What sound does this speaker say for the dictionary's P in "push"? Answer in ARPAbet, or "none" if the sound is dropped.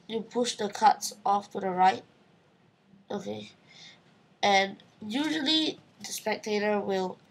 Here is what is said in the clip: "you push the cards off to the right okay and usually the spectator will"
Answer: P